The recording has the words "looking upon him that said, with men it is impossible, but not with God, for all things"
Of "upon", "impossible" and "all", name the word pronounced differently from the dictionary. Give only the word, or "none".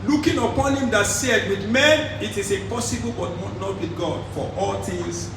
impossible